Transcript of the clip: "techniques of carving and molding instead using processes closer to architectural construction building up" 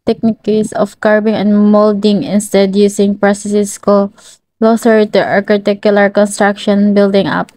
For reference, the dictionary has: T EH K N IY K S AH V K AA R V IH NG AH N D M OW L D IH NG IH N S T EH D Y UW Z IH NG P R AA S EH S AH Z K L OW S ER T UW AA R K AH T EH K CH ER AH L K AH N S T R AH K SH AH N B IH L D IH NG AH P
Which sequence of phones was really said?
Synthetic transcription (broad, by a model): T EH K N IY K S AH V K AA R B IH NG AH N D M OW L D IH NG IH N S T EH D Y UW S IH NG P R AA S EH S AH S K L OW S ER T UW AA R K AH T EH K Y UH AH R K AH N S T R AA K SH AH N B IH L D IH NG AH P